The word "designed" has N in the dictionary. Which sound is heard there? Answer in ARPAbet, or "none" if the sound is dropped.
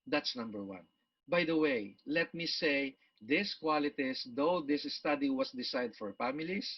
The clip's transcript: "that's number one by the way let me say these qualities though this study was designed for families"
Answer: none